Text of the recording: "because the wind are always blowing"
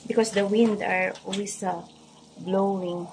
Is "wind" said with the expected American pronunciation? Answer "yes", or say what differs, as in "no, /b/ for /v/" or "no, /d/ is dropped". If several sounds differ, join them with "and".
yes